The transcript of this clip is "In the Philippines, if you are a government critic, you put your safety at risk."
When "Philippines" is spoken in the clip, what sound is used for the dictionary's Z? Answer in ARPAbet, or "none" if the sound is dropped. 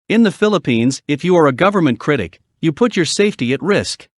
Z